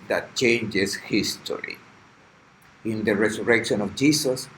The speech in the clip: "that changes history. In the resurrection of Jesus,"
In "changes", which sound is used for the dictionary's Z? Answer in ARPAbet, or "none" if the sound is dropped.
S